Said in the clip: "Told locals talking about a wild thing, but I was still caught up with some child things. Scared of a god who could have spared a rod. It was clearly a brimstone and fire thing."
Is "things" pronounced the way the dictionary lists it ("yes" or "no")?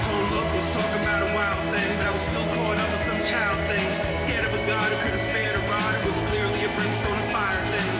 yes